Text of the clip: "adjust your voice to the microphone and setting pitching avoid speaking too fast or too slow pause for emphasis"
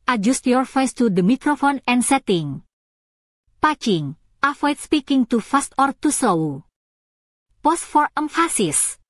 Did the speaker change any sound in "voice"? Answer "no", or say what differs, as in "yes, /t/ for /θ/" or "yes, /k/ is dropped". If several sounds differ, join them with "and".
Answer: yes, /f/ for /v/